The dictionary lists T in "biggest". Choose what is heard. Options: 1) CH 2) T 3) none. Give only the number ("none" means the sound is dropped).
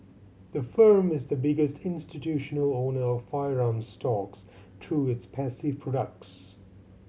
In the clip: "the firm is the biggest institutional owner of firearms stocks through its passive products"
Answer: 2